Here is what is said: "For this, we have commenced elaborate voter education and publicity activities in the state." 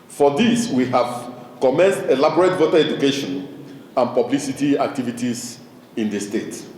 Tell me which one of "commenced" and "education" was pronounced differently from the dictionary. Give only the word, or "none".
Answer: none